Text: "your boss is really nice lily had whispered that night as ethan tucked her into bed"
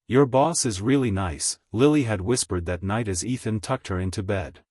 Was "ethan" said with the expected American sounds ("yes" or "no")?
yes